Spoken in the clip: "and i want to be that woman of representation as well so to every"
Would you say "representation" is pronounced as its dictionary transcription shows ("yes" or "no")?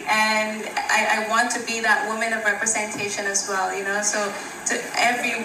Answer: yes